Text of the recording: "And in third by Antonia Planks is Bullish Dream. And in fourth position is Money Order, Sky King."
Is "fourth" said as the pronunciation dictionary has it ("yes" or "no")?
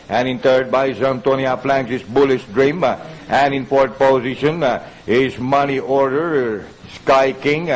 no